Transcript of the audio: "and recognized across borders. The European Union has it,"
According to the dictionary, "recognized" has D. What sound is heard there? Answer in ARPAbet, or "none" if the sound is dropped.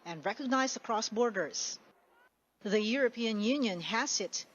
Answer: none